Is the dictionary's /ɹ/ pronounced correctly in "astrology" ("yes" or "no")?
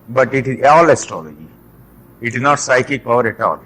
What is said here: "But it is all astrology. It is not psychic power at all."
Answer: yes